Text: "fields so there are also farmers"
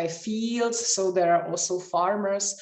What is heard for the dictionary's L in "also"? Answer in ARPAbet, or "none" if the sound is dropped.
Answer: L